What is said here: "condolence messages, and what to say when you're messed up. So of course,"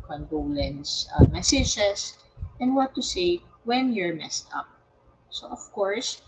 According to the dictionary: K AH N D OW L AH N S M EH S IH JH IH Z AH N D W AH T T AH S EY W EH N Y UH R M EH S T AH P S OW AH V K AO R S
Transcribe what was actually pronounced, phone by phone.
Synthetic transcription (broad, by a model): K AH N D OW L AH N S M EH S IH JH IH S AH N D W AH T T AH S EY W EH N Y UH R M EH S T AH P S OW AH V K AO R S